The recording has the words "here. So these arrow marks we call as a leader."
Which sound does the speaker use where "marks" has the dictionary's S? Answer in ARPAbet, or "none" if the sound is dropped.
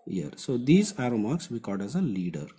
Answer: S